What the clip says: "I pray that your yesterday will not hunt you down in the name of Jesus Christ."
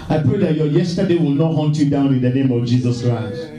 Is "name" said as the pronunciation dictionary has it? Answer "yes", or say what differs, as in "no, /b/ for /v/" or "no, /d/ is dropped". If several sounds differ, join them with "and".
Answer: yes